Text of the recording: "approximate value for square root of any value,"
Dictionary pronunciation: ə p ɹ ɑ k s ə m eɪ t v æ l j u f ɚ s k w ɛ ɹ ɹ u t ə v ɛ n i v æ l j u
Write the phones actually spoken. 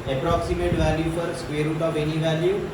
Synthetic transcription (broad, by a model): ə p ɹ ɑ k s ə m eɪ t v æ l j u p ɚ s k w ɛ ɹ ɹ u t ə v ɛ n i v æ l j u